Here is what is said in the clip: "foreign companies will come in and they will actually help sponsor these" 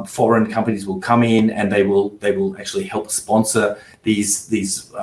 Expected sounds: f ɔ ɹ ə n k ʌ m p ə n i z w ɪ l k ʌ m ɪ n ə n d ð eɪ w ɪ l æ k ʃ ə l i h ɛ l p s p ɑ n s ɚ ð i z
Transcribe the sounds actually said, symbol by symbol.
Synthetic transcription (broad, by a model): f ɔ ɹ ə n k ʌ m p ə n i z w ɪ l k ʌ m ɪ n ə n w ð eɪ w ɪ l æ k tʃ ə l i h ɛ l p s p ɑ n s ɚ ð i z